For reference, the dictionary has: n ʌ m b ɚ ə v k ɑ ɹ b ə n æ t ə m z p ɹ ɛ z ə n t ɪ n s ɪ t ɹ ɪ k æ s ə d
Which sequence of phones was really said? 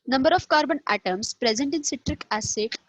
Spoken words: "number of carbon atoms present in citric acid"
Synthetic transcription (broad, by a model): n ʌ m b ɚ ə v k ɑ ɹ b ə n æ t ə m s p ɹ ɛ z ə n t ɪ n s ɪ t ɹ ɪ k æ s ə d